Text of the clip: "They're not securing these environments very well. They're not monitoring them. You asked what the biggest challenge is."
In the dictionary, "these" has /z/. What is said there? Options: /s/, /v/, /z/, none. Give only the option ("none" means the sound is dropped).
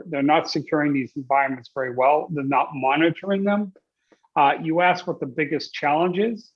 /z/